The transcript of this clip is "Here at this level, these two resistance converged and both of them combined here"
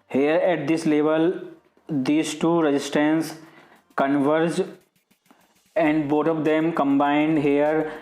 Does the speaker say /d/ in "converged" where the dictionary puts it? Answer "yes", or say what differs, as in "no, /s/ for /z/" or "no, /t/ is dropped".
no, /d/ is dropped